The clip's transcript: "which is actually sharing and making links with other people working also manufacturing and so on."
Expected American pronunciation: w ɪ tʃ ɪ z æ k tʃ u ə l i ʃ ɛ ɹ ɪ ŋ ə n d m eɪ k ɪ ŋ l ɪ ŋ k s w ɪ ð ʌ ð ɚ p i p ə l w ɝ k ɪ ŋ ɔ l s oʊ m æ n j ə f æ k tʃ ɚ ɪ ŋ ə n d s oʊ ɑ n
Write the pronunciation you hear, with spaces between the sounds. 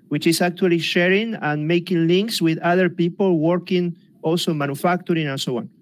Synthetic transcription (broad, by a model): w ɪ tʃ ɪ s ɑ k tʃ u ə l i ʃ ɛ ɹ ɪ ŋ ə n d m eɪ k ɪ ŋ l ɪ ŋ k s w ɪ ð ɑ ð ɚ p i p ə l w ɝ k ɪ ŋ ɔ l s oʊ m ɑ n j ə f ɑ k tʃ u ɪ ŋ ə n s oʊ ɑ n